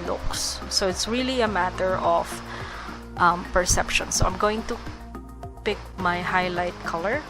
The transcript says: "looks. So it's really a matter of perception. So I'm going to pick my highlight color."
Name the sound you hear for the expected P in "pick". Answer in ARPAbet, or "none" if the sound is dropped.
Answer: P